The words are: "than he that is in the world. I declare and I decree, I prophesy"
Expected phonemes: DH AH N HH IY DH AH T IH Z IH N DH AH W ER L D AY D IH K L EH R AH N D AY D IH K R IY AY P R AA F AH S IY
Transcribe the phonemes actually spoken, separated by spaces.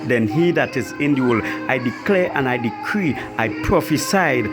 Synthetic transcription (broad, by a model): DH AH N HH IY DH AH T IH Z IH N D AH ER L AY D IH K L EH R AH N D AY D IH K R IY AY P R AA F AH S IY